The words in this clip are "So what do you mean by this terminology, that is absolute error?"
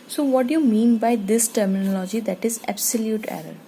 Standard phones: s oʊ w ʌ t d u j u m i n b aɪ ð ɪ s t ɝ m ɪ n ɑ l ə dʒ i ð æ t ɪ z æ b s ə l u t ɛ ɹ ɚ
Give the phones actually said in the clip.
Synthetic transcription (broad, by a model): s oʊ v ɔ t d u j u m i n b aɪ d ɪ s t ɝ m ɪ n ɑ l ə dʒ i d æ t ɪ z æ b s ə l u t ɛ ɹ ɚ